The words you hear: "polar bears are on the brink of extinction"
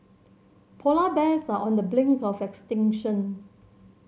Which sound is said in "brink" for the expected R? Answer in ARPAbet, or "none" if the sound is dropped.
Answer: L